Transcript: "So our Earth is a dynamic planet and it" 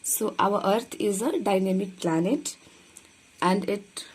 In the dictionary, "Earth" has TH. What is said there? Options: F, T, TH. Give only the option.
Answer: T